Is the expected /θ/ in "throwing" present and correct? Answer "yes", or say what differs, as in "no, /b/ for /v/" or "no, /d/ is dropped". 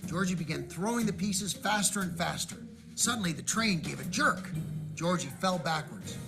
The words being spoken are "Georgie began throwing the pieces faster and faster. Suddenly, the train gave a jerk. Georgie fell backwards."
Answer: yes